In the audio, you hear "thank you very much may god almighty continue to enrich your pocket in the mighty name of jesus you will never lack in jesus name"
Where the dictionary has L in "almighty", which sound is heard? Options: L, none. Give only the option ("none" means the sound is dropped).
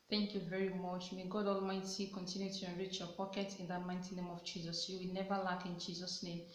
L